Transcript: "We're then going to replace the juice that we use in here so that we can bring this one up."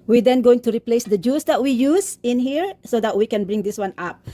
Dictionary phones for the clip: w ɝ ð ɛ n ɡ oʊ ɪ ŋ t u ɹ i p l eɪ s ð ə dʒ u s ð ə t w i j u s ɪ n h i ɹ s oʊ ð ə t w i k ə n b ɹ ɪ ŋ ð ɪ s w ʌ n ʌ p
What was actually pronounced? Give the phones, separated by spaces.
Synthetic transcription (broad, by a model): w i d ɛ n ɡ oʊ ɪ ŋ t u ɹ i p l eɪ s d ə dʒ u s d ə t w i j u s ɪ n h i ɹ s oʊ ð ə t w i k ə n b ɹ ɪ ŋ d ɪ s w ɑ n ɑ p